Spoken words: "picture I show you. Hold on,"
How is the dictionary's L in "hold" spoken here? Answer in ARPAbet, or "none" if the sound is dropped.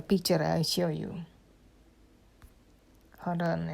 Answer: none